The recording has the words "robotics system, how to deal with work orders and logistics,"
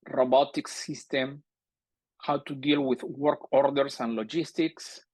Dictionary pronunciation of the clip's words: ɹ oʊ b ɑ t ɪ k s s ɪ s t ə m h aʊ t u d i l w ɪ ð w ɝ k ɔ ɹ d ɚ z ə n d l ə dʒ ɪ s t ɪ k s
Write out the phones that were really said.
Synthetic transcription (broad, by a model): ɹ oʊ b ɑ t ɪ k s s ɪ s t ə m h aʊ t u d i l w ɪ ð w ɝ k ɔ ɹ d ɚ s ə n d l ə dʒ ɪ s t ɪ k s